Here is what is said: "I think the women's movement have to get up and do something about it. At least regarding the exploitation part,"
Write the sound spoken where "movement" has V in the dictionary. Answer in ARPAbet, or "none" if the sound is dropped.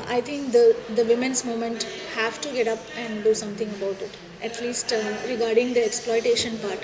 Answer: none